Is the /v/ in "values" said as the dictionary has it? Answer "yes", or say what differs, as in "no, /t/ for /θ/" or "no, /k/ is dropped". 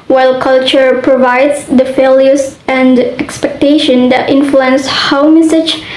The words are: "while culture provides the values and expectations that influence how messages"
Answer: no, /f/ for /v/